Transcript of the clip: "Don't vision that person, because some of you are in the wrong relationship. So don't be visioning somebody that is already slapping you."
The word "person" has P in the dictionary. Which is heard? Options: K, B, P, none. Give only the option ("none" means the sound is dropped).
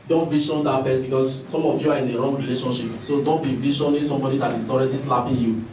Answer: B